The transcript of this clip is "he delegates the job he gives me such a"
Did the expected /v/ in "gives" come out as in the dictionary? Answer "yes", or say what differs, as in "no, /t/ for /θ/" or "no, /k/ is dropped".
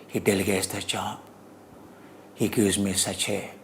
no, /v/ is dropped